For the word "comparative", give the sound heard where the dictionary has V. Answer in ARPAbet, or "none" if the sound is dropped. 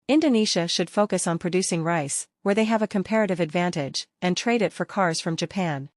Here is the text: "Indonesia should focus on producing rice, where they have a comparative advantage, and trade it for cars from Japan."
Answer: V